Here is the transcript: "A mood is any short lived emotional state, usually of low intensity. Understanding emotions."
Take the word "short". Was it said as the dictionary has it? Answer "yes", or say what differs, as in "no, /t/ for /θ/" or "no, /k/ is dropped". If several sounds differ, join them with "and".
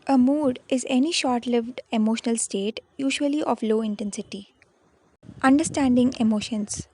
yes